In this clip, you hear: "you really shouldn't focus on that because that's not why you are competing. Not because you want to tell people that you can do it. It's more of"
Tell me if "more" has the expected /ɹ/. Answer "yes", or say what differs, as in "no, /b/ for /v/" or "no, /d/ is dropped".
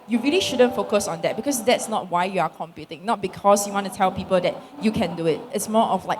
no, /l/ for /ɹ/